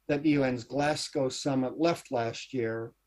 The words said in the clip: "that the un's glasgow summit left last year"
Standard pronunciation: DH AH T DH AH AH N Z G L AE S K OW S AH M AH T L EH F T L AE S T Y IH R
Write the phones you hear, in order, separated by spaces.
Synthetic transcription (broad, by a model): DH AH T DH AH AH N Z G L AE S K OW S AH M AH T L EH F T L AE S T Y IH R